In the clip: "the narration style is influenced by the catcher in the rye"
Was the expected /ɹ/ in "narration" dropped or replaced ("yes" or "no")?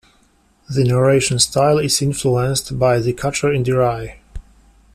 no